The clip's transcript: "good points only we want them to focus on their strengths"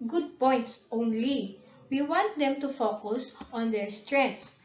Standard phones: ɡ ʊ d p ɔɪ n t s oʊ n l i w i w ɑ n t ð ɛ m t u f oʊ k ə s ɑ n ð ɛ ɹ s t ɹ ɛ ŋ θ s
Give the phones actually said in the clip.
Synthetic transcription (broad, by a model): ɡ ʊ d p ɔɪ n t s oʊ n l i w i w ɑ n t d ɛ m t u f oʊ k ə s ɑ n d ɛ ɹ s t ɹ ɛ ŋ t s